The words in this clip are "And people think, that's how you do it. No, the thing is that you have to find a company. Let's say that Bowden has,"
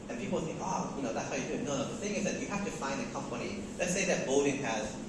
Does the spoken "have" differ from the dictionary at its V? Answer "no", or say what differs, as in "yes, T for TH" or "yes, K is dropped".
yes, F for V